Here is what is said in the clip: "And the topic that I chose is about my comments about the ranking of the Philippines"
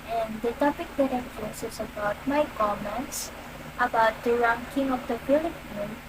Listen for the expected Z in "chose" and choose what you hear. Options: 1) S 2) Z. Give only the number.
1